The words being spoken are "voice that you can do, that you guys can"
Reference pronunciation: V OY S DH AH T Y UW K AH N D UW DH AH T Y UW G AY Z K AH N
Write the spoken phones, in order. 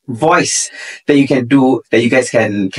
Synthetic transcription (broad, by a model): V OY S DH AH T Y UW K AH N D UW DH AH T Y UW G AY S K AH N